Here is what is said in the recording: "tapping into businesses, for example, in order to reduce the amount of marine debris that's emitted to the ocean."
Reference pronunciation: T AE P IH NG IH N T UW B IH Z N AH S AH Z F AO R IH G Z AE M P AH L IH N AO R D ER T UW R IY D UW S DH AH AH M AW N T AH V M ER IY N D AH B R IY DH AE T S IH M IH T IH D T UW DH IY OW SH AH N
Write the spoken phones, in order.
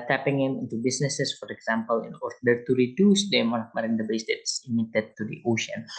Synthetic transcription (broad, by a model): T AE P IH NG IH N T UW B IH S N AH S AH S F AO R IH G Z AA M P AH L IH N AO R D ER T UW R IY D UW S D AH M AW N AH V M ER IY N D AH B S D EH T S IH M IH T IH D T UW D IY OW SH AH N